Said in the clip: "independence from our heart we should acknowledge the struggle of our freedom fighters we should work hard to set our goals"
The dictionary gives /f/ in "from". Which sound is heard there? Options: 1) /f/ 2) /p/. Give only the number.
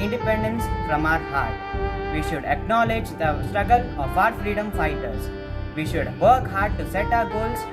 2